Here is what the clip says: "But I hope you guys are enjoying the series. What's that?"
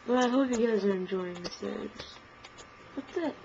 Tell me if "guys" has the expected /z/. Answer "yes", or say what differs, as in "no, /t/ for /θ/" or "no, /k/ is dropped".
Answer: yes